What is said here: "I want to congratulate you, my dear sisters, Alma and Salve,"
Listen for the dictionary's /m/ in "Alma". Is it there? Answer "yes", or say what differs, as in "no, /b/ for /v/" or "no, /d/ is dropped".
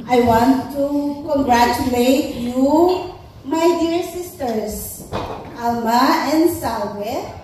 yes